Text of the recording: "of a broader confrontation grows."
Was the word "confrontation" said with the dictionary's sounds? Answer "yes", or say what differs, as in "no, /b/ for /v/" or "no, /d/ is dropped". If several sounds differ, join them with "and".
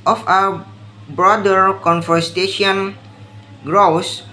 no, /ɹ/ is dropped